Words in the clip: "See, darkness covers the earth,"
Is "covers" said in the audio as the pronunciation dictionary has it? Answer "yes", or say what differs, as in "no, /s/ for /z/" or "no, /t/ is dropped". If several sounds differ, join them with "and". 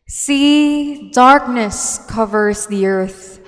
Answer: yes